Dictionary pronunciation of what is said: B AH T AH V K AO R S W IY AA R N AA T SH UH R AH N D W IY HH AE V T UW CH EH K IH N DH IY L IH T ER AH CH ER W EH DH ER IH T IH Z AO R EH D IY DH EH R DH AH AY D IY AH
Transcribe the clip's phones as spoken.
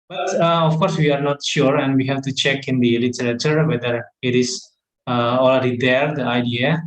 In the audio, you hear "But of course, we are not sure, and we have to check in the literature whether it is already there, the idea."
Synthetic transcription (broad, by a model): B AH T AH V K AO R S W IY AA R N AA T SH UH R AH N D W IY HH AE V T UW CH EH K IH N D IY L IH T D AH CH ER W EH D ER IH T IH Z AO L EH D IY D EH R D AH AY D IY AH